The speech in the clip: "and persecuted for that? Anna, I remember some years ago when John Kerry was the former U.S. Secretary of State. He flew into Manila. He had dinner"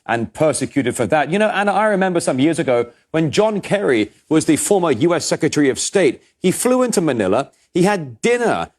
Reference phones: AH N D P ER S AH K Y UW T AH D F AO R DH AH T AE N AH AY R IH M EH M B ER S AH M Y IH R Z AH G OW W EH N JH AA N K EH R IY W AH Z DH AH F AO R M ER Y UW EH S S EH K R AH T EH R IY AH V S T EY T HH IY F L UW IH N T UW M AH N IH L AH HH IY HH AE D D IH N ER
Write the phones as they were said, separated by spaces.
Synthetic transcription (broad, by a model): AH N P ER S AH K Y UW T AH D F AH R DH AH T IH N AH AY R IH M EH M B ER S AH M Y IH R Z AH G OW W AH N JH AA N K EH R IY W AH Z DH AH F AO R M ER Y UW EH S S EH K R AH T EH R IY AH V S T EY T HH IY F L UW IH N T UW M AH N IH L AH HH IY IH D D IH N ER